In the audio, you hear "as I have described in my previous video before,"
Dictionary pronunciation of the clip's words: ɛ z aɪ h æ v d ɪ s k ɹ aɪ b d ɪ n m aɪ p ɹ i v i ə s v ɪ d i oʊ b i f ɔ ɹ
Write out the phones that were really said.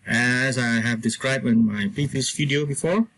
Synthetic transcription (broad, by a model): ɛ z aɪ h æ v d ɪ s k ɹ aɪ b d ɪ n m aɪ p i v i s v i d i oʊ b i f ɔ ɹ